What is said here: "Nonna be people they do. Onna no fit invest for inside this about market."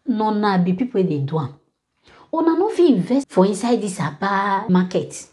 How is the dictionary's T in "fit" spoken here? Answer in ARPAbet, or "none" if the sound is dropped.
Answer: none